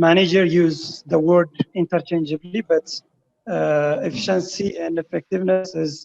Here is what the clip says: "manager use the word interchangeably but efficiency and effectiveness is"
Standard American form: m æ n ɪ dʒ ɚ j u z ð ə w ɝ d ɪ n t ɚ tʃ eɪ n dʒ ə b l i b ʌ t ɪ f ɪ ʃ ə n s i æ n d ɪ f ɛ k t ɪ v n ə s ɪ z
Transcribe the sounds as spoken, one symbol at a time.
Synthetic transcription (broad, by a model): m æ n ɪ dʒ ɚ j u z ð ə w ɝ d ɪ n t ɚ tʃ eɪ n dʒ ə b l i b ʌ t ɪ f ɪ ʃ ə n s i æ n d ɪ f ɛ k t ɪ v n ə s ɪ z